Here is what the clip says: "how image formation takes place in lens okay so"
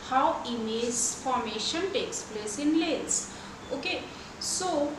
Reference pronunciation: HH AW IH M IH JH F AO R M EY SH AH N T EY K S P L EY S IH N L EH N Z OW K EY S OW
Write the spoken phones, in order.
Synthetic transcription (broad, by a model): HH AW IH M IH Z F AO R M EY SH AH N T EY K S P L EY S IH N L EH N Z OW K EY S OW